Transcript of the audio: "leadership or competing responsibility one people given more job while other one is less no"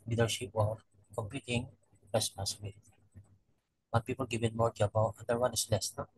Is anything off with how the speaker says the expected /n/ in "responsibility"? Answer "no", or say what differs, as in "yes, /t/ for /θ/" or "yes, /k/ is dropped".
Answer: yes, /n/ is dropped